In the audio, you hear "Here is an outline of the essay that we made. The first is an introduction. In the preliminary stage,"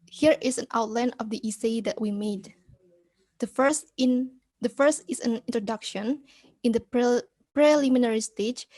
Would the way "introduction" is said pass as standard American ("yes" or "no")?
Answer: yes